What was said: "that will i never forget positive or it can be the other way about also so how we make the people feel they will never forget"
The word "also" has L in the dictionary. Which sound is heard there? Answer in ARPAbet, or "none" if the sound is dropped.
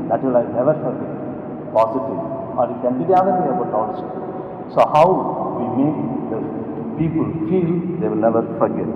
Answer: none